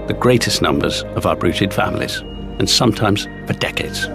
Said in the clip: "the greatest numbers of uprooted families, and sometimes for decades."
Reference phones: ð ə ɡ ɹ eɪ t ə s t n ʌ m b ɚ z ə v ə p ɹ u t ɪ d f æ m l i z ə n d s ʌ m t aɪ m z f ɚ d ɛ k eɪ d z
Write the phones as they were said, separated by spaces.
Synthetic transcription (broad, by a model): ð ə ɡ ɹ eɪ t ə s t n ʌ m b ɚ z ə v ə b ɹ u t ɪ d f æ m l i z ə n s ʌ m t aɪ m z p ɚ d ɛ k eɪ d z